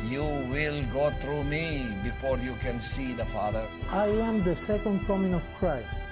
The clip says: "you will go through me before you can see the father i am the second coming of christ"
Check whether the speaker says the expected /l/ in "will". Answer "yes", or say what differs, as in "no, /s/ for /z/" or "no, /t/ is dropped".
yes